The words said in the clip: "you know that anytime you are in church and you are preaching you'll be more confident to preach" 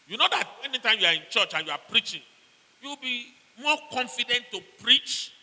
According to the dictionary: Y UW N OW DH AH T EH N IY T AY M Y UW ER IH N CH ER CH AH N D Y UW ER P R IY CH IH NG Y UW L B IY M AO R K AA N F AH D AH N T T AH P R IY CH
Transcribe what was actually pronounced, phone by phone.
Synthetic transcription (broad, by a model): Y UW N OW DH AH T EH N IY T AY M Y UW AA IH N CH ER CH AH N Y UW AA P R IY CH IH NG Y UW W B IY M AO K AA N F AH D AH N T T AH P R IY CH